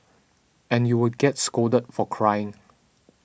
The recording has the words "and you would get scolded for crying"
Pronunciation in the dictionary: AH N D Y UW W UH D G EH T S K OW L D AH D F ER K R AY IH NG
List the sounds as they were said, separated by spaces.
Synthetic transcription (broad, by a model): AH N Y UW W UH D G EH T S K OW D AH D F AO K R AY IH NG